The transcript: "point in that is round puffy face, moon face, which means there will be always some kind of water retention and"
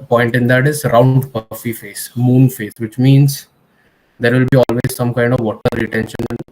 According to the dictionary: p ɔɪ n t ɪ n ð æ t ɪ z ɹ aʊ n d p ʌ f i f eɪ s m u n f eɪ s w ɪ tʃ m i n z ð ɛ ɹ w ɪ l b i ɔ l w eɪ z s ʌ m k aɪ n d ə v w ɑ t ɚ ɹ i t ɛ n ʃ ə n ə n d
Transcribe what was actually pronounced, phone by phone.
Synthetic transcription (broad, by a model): p ɔɪ n t ɪ n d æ t ɪ z ɹ aʊ n d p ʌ f i f eɪ s m u n f eɪ s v ɪ tʃ m i n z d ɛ ɹ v ɪ l b i ɔ l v eɪ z s ʌ m k aɪ n d ə v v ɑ t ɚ ɹ i t ɛ n ʃ ə n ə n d